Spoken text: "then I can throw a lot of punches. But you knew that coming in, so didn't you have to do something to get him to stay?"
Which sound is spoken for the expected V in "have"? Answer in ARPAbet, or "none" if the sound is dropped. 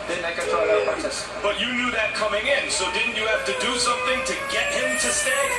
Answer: F